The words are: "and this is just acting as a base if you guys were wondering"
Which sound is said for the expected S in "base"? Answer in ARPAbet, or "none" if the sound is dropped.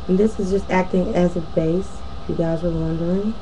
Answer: none